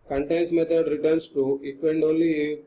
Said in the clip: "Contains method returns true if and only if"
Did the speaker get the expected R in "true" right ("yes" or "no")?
no